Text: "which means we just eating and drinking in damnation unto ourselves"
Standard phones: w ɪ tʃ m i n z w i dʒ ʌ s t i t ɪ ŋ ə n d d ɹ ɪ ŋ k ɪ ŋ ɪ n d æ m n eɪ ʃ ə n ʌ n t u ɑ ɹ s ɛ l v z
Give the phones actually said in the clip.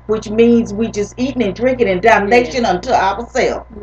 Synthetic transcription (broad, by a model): w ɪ tʃ m i n z w i dʒ ʌ s t i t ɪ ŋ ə n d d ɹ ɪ ŋ k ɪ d ɪ n d æ m n eɪ ʃ ə n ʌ n t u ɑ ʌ s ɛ l